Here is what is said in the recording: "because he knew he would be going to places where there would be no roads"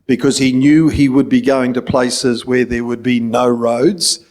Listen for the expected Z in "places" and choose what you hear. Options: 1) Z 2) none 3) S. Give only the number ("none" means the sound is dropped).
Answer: 1